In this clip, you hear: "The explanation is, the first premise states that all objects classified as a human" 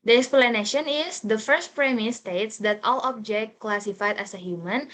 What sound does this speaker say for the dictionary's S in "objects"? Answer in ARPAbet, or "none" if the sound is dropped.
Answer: none